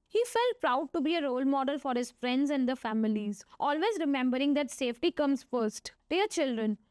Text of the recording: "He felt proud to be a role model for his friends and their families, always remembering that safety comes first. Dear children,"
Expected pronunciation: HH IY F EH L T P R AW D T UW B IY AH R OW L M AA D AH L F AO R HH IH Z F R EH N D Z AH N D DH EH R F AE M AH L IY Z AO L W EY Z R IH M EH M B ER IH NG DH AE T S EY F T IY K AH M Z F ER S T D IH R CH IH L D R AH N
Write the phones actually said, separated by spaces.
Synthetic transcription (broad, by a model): HH IY F EH L T P R AW D T UW B IY AH R OW L M AA D AH L F AO R HH IH Z F R EH N D Z AH N D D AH F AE M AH L IY Z AO L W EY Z R IH M EH M B ER IH NG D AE T S EY F T IY K AH M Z F ER S T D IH R CH IH L D R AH N